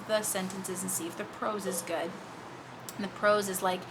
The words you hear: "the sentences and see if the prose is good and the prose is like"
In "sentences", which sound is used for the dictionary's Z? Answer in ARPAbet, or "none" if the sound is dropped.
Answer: Z